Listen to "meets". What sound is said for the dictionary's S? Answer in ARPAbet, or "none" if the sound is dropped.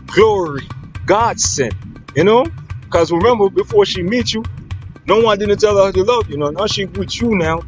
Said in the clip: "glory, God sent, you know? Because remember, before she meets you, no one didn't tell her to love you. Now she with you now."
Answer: none